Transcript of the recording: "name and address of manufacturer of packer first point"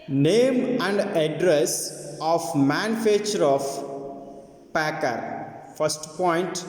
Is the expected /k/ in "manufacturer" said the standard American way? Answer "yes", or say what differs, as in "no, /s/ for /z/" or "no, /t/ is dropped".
no, /k/ is dropped